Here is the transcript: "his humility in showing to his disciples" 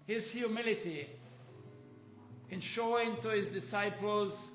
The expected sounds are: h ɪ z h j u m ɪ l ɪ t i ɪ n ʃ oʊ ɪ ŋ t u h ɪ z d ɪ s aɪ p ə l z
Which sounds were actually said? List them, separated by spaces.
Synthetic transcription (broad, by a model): h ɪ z h j u m ɪ l ɪ t i ɪ n ʃ oʊ ɪ ŋ t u h ɪ z d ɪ s aɪ p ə l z